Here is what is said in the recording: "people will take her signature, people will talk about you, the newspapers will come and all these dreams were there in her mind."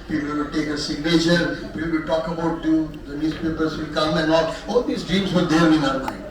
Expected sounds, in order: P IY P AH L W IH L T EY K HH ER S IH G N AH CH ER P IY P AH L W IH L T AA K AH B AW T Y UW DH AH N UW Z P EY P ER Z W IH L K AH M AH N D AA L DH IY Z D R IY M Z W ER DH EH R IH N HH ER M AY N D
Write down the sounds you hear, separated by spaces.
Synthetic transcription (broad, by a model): P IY P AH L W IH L T EY K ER S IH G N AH SH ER P IY P AH L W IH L T AA K AH B AW T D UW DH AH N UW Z P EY P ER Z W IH L K AH M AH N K AA L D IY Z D R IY M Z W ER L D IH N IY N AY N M